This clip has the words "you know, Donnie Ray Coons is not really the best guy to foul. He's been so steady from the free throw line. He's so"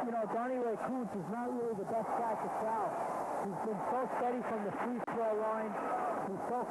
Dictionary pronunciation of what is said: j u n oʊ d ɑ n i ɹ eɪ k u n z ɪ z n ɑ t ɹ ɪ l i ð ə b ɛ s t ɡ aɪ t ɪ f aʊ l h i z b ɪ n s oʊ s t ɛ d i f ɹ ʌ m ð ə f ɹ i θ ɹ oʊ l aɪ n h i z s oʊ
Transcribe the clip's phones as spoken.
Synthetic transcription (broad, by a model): j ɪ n oʊ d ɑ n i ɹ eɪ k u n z ɪ z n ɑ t ɹ ɪ l i ð ə b ɛ s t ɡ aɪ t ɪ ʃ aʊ h i z b ɪ n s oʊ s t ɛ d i f ɹ ʌ m ð ə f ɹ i s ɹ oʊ l aɪ n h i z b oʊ